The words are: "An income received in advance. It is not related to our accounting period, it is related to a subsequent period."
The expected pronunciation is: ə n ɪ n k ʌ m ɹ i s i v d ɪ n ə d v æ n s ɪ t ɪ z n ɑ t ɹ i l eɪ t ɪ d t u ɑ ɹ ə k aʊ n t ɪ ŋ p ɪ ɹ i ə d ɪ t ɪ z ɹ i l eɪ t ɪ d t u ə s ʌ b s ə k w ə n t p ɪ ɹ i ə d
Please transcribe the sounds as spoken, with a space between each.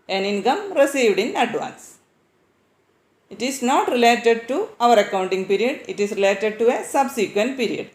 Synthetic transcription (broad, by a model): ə n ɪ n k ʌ m ɹ i s i v d ɪ n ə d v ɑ n s ɪ t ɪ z n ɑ t ɹ i l eɪ t ɪ d t u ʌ ɹ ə k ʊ n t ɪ ŋ p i ɹ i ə d ɪ t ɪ s ɹ i l eɪ t ɪ d t u ə s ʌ b s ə k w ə n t p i ɹ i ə d